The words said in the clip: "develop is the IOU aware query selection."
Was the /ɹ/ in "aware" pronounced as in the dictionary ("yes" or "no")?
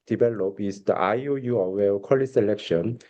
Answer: no